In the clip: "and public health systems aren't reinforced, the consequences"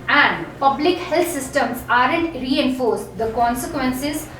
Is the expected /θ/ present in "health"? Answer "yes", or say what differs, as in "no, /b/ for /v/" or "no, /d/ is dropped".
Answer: no, /t/ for /θ/